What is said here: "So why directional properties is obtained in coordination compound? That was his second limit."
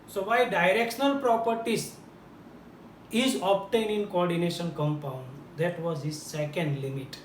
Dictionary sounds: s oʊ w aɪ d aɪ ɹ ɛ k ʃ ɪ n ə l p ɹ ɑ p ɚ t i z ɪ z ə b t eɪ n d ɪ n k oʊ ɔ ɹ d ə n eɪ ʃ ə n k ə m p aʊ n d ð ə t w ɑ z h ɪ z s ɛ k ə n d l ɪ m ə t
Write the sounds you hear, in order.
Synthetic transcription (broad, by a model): s oʊ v aɪ d aɪ ɹ ɛ k ʃ ɪ n ə l p ɹ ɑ p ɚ t i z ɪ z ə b t eɪ n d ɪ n k oʊ ɔ ɹ d ə n eɪ ʃ ə n k ə m p aʊ n d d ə t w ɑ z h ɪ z s ɛ k ə n d l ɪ m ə t